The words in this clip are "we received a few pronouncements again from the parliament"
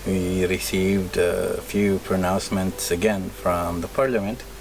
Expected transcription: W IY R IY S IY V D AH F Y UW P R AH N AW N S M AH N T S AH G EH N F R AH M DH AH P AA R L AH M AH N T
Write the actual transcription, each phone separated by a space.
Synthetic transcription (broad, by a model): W IY R IY S IY V D AH F Y UW P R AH N AW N S M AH N T S AH G EH N F R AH M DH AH P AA R L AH M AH N T